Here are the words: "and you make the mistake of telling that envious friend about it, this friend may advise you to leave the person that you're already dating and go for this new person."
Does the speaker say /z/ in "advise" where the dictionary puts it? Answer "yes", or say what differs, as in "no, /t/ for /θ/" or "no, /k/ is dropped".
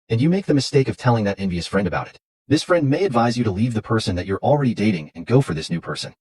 yes